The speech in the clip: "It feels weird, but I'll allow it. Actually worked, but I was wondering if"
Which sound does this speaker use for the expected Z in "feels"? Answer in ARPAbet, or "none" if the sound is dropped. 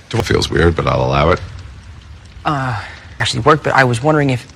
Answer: Z